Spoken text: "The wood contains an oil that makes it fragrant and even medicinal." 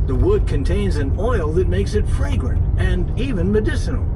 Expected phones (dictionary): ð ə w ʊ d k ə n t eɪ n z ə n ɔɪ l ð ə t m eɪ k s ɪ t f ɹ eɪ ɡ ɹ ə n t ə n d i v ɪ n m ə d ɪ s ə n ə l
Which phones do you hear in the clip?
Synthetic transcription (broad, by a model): ð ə w ʊ d k ə n t eɪ n z ə n ɔɪ l ð ə t m eɪ k s ɪ t f ɹ eɪ ɡ ɹ ə n t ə n i v ɪ n m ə d ɪ s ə n l